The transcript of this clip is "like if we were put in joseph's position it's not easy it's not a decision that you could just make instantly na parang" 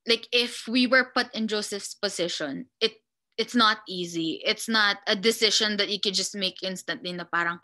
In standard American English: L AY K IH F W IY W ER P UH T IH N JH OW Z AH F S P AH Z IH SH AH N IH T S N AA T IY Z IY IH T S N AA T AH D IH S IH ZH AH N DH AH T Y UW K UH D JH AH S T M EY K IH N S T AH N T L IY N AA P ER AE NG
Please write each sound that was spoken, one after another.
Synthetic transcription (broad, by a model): L AY K IH F W IY W ER P UH T IH N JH OW S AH F S P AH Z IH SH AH N IH T S N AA T IY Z IY IH T S N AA T AH D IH S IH SH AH N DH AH T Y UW K UH D JH AH S T M EY K IH N S T AH N T L IY N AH P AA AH NG